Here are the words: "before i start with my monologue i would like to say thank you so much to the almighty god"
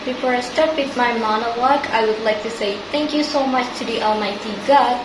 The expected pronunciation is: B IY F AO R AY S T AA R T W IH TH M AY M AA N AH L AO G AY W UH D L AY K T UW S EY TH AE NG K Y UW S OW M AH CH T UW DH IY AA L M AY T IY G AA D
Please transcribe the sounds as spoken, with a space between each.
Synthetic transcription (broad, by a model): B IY F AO R AY S T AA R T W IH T M AY M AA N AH W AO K AY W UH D L AY K T UW S EY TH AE NG K Y UW S OW M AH CH T UW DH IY AA L M AY T IY G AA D